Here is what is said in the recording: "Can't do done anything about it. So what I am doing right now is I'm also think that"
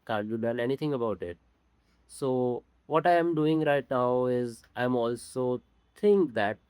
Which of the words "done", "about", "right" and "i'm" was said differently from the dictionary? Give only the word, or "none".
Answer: done